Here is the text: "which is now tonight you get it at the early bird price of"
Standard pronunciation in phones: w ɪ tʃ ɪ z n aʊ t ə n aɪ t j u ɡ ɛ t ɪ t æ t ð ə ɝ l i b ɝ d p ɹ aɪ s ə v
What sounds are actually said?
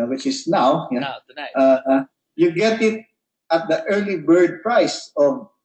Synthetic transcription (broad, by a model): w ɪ tʃ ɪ s n aʊ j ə aɪ j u ɡ ɛ t ɪ t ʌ t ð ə ɝ l i b ɝ d p ɹ aɪ s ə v